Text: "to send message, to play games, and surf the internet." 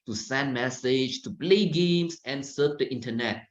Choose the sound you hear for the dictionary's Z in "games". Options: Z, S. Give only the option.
S